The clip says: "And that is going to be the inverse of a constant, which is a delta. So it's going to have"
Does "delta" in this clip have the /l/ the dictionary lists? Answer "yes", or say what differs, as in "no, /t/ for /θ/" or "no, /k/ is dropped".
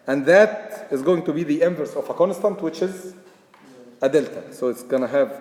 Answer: yes